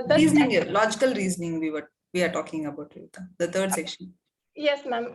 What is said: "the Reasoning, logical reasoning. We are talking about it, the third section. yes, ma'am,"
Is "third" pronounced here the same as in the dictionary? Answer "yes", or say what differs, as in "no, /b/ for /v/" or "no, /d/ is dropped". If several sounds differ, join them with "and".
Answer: no, /t/ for /θ/